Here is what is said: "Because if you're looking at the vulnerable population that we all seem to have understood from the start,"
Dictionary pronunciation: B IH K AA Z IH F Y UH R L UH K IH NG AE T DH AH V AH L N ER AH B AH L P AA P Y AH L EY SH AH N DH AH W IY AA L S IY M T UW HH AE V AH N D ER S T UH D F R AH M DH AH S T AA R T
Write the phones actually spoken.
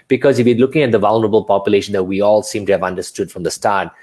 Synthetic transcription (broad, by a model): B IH K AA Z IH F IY L UH K IH NG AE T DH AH V AH L N ER AH B AH L P AA P Y AH L EY SH AH N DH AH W IY AA L S IY M T UW HH AE V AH N D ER S T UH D F R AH M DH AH S T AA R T